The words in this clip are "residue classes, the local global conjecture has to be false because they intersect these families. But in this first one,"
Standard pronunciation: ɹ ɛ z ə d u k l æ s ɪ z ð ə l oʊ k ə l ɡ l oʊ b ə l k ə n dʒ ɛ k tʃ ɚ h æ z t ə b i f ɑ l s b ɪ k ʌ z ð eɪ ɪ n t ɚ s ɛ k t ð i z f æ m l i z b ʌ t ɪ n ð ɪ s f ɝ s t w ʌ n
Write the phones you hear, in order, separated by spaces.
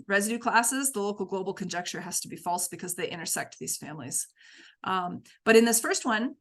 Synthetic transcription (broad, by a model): ɹ ɛ z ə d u k l æ s ɪ z ð ə l oʊ k l ɡ l oʊ b l k ə n dʒ ɛ k tʃ ɚ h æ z t ə b i f ɑ l s b ɪ k ʌ z ð eɪ ɪ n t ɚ s ɛ k t ð i z f æ m l i z b ʌ t ɪ n ð ɪ s f ɝ s t w ʌ n